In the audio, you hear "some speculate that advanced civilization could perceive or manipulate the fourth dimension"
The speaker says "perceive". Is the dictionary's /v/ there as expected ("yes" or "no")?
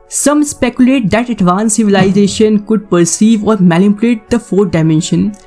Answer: yes